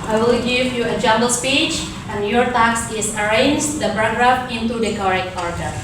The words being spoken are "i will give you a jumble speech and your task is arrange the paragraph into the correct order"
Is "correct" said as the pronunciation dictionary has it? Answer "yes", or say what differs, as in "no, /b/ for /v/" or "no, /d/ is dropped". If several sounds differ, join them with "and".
no, /t/ is dropped